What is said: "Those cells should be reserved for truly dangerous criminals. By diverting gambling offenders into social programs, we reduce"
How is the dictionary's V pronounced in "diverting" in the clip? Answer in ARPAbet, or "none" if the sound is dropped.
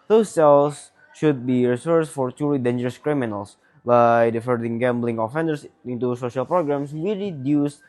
F